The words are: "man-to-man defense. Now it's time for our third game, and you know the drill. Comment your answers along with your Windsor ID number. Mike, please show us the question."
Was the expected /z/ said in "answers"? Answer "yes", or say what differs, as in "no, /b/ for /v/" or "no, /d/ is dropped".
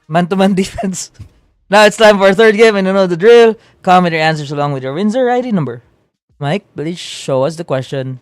no, /s/ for /z/